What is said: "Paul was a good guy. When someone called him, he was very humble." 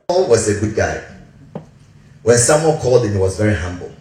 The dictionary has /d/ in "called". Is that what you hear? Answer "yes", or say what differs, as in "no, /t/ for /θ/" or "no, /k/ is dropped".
yes